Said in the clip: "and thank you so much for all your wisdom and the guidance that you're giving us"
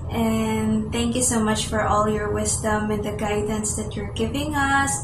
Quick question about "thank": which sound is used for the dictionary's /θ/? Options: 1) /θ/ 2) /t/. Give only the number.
1